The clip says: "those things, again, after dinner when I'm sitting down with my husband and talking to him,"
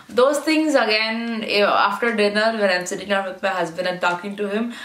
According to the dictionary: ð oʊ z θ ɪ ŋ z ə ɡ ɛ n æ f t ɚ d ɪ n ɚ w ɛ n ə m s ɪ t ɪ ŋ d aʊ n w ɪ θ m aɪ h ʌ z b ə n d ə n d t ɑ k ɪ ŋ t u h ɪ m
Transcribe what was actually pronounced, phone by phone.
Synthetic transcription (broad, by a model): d oʊ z t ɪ ŋ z ə ɡ ɛ n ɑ f t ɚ d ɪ n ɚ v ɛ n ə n s ɪ t ɪ ŋ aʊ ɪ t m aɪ h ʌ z b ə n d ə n t ɑ k ɪ ŋ t u h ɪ m